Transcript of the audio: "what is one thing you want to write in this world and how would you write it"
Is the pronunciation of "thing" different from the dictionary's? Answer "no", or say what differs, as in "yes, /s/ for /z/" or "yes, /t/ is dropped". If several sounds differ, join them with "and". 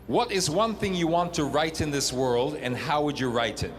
no